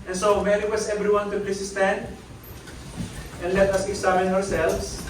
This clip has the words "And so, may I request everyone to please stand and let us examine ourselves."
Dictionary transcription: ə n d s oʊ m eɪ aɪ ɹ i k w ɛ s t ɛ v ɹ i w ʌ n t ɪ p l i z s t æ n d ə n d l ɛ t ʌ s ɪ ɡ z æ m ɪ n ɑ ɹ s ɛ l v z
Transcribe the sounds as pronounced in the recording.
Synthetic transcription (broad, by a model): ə n s oʊ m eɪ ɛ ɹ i w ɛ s ɛ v ɹ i w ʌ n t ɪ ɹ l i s s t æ n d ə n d l ɛ t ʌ s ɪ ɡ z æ m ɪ n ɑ ɹ s ɛ l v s